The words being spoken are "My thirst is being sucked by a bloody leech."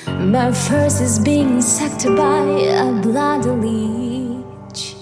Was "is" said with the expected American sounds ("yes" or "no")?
yes